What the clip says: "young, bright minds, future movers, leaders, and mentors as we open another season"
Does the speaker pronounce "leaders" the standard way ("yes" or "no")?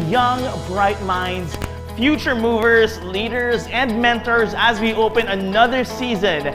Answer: yes